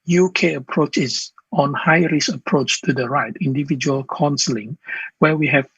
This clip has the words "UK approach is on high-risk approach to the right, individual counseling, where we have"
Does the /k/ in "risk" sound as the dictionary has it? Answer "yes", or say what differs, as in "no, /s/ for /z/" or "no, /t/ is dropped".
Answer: no, /k/ is dropped